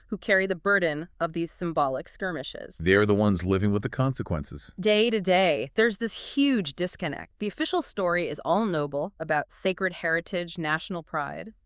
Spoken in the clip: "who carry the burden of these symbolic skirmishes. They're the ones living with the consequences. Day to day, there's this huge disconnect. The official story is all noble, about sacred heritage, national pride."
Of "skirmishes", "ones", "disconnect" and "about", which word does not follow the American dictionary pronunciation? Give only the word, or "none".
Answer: none